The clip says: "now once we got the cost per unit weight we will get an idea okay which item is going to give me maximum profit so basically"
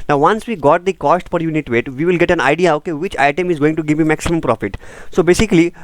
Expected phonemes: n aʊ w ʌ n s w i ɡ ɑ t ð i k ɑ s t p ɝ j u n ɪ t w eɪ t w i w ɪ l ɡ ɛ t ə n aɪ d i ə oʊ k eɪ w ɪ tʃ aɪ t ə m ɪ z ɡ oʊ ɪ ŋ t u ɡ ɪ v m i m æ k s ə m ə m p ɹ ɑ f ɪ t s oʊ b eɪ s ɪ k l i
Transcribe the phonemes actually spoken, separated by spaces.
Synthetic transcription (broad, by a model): n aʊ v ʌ n s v i ɡ ɑ t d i k ɑ s t f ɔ j u n ɪ t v eɪ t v i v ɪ l ɡ ɛ t ə n aɪ d i ə oʊ k eɪ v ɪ tʃ aɪ t ə m ɪ z ɡ oʊ ɪ ŋ t u ɡ ɪ v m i m æ k s ə m ə m p ɹ ɑ f ɪ t s oʊ b eɪ s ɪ k l i